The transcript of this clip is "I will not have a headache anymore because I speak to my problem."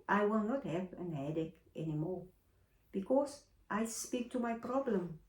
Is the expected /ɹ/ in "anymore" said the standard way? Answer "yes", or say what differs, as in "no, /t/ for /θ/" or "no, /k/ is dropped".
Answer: yes